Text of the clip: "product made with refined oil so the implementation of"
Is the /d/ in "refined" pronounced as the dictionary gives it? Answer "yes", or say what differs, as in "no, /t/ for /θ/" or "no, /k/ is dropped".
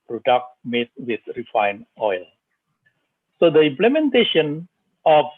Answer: no, /d/ is dropped